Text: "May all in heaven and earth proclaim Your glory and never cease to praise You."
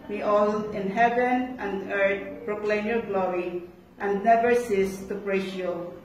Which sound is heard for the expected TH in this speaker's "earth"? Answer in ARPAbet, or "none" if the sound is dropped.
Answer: T